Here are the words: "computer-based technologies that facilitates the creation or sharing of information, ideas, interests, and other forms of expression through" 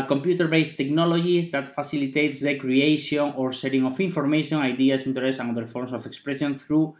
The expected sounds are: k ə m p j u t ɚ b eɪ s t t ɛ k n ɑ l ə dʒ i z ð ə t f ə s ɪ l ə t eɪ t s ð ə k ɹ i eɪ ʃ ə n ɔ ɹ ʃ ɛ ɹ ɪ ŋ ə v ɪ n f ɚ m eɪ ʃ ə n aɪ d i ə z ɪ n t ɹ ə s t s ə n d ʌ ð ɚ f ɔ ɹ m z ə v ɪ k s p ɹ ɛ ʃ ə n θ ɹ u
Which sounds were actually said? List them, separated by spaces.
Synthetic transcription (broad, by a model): k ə m p j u t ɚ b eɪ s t t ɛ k n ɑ l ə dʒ i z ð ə t f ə s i l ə t eɪ t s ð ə k ɹ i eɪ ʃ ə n ɔ ɹ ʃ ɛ ɹ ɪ ŋ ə f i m f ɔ m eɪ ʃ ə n aɪ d i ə s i n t ɹ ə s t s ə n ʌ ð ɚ f ɔ ɹ m s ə f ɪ k s p ɹ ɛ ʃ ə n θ ɹ u